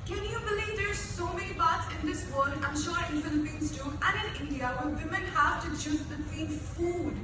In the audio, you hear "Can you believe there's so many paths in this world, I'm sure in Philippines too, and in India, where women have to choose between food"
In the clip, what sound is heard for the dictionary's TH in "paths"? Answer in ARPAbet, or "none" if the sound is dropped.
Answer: T